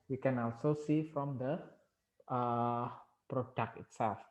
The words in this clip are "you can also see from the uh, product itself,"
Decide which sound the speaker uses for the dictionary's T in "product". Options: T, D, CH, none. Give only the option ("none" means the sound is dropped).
none